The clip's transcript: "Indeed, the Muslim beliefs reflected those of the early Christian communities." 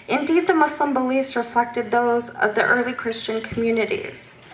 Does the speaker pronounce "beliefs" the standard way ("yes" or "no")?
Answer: no